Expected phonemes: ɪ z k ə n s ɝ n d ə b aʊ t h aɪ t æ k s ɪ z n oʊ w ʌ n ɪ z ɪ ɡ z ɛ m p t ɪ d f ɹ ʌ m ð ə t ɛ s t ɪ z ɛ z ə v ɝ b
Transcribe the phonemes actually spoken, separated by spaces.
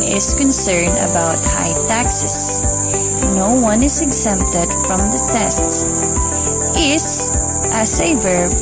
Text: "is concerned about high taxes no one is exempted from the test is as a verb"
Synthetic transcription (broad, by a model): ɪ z k ə n s ɝ n d ə b aʊ t h aɪ t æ k s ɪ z n oʊ w ʌ n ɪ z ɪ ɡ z ɛ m p t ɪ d f ɹ ʌ m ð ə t ɛ s t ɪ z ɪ s ə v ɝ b